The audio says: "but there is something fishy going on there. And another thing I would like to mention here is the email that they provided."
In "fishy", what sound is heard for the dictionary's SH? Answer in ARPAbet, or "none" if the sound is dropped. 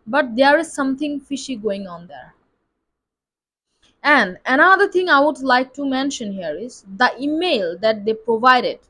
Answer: SH